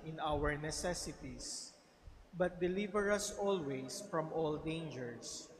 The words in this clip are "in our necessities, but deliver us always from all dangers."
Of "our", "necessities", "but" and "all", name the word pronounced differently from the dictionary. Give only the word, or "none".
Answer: necessities